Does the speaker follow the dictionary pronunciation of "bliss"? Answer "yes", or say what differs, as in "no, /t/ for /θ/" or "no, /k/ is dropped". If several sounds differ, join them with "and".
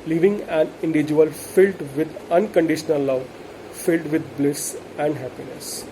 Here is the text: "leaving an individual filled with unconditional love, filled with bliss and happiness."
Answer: yes